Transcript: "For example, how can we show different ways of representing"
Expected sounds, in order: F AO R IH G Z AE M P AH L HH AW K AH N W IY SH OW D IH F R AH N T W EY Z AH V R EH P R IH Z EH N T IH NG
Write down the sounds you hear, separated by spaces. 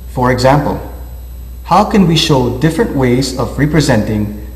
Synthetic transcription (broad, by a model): F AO R IH G Z AE M P AH L HH AW K AH N W IY SH OW D IH F R AH N T W EY Z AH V R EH P R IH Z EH N T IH NG